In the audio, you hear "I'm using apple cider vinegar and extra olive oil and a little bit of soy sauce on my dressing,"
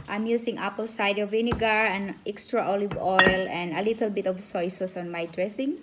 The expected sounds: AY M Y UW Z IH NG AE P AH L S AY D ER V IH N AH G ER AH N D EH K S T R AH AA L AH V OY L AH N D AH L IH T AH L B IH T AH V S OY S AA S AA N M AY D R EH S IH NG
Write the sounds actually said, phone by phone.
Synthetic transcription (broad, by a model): AY M Y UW S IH NG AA P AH L S AY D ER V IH N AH G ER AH N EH K S T R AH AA L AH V OY L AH N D AH L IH T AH L B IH T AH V S OY S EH S AA N M AY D R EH S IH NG